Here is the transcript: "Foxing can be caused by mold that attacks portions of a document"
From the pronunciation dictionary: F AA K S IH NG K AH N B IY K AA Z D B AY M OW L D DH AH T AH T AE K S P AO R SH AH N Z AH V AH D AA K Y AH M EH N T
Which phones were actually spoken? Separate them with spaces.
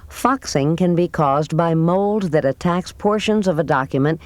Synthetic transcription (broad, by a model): F AA K S IH NG K AH N B IY K AA Z B AY M OW L D DH AH T AH T AE K S P AO R SH AH N Z AH V AH D AA K Y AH M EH N T